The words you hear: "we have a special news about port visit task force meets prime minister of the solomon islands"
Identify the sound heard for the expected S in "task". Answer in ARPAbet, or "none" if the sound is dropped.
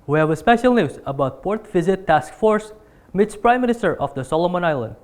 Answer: S